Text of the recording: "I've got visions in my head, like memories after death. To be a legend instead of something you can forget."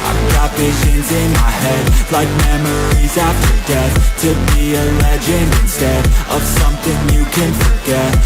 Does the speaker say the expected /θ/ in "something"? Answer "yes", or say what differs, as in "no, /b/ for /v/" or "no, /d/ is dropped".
yes